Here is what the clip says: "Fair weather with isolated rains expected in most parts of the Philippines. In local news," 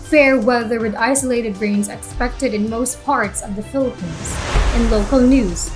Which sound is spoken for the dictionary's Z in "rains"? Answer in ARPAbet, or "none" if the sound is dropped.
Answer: Z